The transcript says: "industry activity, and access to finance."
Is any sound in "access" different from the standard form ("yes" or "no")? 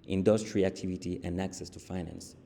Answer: no